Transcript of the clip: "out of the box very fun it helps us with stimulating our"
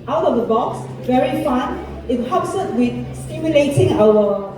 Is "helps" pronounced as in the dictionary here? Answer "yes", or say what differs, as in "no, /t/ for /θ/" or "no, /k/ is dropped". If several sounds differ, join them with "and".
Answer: no, /l/ is dropped